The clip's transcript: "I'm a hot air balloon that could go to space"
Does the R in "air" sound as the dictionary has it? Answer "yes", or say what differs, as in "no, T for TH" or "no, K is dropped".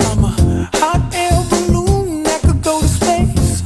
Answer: no, L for R